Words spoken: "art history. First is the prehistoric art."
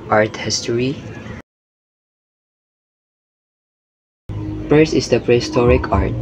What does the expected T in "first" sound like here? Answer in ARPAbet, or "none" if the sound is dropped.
none